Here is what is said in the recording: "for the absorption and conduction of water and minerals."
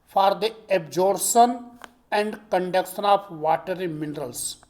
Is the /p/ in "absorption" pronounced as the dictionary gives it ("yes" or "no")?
no